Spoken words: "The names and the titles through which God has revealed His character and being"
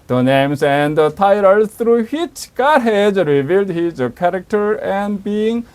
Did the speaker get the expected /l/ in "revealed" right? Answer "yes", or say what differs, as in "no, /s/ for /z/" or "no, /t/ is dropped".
yes